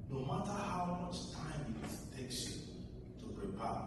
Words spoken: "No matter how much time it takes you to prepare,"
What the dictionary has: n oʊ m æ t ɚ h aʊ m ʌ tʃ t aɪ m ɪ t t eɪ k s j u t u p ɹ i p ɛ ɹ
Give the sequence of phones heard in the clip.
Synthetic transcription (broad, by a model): n oʊ m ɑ t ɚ h aʊ m ʌ tʃ t aɪ m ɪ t t eɪ k s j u t u p ɹ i p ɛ